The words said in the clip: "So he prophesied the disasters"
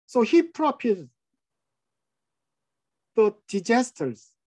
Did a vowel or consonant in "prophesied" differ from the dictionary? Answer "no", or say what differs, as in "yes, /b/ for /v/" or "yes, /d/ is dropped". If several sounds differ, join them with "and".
yes, /p/ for /f/